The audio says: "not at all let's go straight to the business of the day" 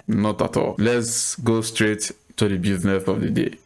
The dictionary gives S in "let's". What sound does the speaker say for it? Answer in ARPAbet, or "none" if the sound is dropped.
S